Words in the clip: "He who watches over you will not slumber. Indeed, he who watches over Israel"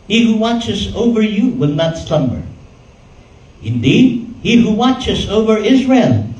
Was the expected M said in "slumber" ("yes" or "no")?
yes